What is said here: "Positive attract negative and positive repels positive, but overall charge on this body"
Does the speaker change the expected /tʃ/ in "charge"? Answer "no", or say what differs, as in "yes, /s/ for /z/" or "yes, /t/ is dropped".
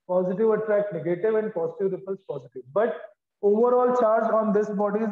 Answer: no